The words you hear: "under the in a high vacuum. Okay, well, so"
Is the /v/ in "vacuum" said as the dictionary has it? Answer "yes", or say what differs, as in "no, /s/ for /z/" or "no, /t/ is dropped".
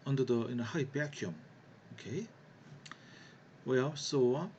no, /b/ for /v/